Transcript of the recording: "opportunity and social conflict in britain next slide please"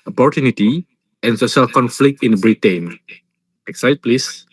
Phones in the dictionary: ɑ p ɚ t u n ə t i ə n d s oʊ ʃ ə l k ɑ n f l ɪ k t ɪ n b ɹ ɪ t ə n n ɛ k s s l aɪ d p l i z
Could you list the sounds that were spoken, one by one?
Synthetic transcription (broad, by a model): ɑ p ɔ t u n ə t i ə n s oʊ ʃ ə l k ɑ n f l ɪ k t ɪ n b ɹ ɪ t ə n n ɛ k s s aɪ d p l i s